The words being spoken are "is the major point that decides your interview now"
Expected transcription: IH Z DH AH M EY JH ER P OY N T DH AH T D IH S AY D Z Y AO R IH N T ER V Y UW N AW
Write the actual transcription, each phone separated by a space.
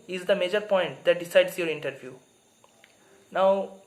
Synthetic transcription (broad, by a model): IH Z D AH M EY JH ER P OY N T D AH T D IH S AY D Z Y AO R IH N T ER V Y UW N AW